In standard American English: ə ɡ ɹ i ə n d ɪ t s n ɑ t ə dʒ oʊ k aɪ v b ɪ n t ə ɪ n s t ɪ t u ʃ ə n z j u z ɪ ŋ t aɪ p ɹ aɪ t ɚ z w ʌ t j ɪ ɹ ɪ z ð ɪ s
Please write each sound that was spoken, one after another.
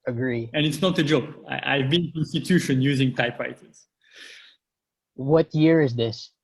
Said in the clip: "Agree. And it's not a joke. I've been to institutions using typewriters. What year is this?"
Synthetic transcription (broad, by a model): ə ɡ ɹ i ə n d ɪ t s n ɑ t ə dʒ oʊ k aɪ v b ɪ n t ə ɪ n s t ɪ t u ʃ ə n j u z ɪ ŋ t aɪ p ɹ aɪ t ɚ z w ʌ t j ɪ ɹ ɪ z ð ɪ s